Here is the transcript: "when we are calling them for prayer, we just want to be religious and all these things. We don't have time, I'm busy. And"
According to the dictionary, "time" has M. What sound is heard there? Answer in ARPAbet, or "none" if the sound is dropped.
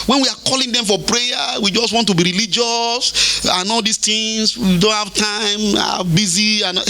none